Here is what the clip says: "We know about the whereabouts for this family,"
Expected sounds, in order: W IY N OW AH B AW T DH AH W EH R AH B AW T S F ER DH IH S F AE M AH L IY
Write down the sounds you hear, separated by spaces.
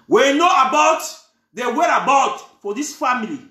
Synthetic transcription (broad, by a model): W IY N OW AH B AW T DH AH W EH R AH B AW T F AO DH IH S F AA M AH L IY